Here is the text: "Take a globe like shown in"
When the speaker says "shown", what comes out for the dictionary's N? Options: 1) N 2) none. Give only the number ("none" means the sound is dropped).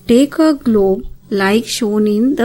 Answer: 1